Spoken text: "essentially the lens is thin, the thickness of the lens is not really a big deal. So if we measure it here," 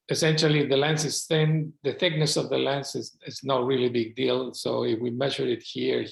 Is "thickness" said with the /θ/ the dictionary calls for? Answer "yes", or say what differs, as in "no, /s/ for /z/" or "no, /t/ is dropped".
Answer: yes